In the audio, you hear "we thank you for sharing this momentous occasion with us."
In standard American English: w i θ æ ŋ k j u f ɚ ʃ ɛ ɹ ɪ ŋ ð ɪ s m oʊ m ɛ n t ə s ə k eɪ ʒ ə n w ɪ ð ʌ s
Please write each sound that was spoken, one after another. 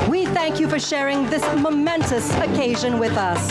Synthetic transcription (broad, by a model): w i θ æ ŋ k j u f ɚ ʃ ɛ ɹ ɪ ŋ ð ɪ s m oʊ m ɛ n t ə s ə k eɪ ʒ ə n w ɪ ð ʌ s